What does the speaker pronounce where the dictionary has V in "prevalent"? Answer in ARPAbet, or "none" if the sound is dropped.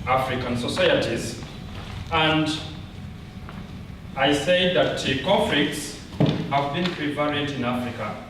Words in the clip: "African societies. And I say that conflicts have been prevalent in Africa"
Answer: P